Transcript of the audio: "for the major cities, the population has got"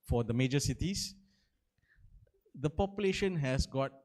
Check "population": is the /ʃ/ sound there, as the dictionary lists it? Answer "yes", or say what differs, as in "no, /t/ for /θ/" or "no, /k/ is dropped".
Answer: yes